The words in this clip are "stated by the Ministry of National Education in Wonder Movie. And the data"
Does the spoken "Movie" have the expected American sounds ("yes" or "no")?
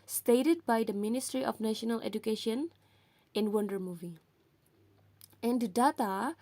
yes